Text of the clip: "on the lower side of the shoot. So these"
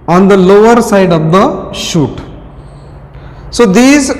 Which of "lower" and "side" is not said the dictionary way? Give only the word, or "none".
none